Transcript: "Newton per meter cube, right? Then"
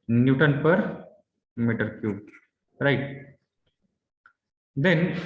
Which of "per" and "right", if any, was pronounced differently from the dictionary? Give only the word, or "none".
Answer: none